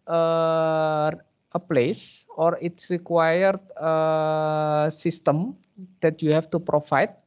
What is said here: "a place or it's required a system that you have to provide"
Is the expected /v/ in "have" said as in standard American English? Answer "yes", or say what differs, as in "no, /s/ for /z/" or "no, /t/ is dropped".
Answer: no, /f/ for /v/